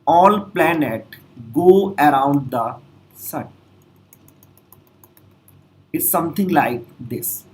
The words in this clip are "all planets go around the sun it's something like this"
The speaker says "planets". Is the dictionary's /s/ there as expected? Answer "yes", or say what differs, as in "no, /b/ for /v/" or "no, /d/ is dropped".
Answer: no, /s/ is dropped